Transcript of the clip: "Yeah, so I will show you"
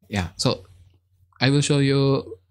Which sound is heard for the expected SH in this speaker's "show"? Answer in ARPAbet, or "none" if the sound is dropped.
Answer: SH